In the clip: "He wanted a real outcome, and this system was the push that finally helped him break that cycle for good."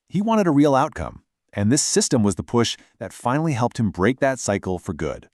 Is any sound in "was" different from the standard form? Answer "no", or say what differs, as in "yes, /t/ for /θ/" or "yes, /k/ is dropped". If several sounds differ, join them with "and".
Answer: no